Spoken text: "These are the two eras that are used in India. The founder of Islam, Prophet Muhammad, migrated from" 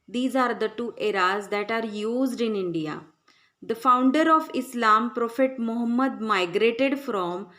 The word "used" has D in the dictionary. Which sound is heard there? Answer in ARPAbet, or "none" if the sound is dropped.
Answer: D